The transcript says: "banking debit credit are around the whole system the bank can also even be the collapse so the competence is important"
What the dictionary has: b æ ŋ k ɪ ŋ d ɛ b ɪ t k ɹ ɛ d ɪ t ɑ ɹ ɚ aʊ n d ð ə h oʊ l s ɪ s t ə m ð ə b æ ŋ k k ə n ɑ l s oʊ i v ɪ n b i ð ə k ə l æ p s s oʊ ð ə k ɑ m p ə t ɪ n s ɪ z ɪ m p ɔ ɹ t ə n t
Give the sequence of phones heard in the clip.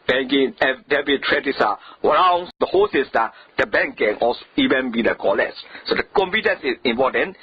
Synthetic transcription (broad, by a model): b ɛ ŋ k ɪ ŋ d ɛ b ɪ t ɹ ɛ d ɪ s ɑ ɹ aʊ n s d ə h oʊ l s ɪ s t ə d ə b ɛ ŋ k k ə n ɑ l s oʊ i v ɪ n b i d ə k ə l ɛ s s oʊ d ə k ɑ m p ə t ɪ n s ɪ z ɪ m p ɔ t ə n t